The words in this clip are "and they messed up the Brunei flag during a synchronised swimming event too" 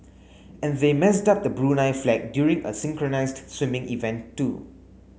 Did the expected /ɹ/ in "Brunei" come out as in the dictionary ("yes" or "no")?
yes